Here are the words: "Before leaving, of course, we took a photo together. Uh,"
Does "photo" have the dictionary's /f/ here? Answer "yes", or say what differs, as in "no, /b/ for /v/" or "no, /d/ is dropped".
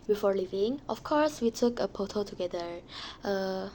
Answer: no, /p/ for /f/